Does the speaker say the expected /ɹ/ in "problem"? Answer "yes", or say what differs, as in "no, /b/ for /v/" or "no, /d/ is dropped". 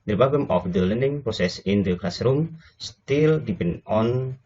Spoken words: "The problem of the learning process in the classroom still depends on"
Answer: no, /ɹ/ is dropped